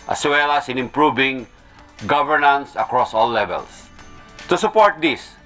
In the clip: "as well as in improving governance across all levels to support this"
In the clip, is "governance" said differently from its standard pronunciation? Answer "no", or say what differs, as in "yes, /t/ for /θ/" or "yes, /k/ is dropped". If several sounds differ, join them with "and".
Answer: no